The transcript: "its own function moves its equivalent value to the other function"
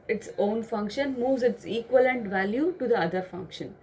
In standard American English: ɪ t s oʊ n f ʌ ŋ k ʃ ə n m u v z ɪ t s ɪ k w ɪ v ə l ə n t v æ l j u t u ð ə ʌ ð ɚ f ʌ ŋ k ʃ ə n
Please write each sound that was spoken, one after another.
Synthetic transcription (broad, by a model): ɪ t s oʊ n f ʌ ŋ k ʃ ə n m u v z ɪ t s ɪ k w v ə l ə n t v æ l j u t u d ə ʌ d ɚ f ʌ ŋ k ʃ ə n